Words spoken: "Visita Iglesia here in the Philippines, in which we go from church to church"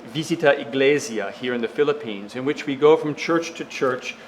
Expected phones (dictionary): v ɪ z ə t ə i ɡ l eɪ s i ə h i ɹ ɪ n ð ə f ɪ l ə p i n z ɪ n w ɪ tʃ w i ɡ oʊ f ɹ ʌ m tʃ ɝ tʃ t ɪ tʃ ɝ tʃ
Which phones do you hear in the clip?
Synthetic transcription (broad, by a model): v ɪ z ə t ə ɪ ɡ l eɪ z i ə h i ɹ ɪ n ð ə f ɪ l ə p i n z ɪ n w ɪ tʃ w i ɡ oʊ f ɹ ʌ m tʃ ɝ tʃ t ɪ tʃ ɝ tʃ